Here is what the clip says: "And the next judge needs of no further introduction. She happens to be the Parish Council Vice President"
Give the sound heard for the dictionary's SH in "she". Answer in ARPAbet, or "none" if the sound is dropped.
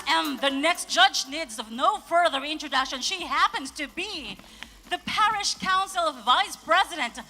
SH